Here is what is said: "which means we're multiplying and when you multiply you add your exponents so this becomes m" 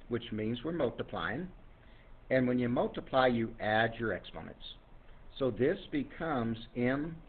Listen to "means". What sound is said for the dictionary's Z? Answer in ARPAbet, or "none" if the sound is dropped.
Z